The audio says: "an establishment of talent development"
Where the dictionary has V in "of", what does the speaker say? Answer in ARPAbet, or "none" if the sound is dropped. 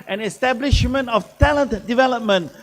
F